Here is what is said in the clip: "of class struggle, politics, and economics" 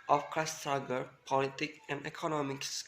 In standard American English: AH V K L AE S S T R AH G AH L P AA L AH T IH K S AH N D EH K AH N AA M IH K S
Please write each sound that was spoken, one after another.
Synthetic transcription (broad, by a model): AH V K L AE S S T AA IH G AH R P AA L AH T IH K AH N D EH K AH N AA M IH K S